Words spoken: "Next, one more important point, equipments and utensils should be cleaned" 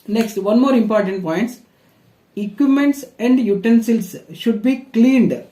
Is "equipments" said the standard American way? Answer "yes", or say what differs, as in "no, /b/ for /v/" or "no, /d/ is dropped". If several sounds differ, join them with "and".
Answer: no, /p/ is dropped